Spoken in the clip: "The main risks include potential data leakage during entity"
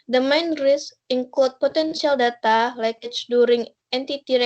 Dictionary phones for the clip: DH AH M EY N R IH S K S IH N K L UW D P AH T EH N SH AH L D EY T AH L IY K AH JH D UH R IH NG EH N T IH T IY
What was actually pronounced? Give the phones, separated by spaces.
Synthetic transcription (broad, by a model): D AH M EY N R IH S S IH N K L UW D P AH T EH N S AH L D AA T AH L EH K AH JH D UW R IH NG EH N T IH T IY